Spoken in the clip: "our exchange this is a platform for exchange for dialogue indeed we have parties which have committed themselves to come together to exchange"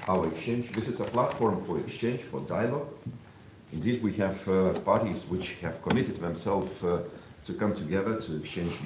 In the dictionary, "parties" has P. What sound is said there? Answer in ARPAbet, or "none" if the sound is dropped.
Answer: P